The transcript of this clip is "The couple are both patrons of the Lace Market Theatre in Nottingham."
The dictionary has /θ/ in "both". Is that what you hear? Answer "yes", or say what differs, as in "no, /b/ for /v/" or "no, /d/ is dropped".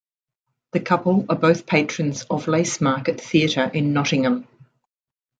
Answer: yes